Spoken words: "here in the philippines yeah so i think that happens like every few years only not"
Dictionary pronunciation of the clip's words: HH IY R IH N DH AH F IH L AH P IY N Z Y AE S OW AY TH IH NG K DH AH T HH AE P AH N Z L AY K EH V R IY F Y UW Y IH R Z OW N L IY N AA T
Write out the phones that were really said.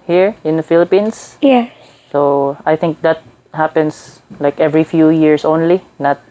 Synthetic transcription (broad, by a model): HH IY R IH N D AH F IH L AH P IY N S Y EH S OW AY TH IH NG K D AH T HH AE P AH N S L AY K EH V R IY F Y UW Y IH R S OW N L IY N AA T